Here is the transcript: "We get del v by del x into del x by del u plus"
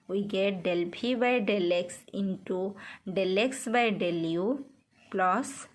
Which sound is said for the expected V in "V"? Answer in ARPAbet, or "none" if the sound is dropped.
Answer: P